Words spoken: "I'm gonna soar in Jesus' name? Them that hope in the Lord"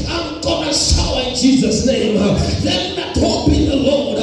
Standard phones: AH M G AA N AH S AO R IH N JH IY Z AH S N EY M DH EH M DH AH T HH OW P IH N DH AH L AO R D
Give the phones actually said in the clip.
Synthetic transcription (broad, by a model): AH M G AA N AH SH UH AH IH N JH IY Z AH S N EY M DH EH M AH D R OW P IH N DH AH L AO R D